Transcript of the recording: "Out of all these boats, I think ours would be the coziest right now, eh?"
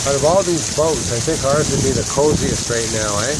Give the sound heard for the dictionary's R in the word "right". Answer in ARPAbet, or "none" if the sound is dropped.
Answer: R